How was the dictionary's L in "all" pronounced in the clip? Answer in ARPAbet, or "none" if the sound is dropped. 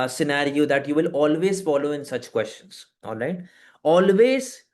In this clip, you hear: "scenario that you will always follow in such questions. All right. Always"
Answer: N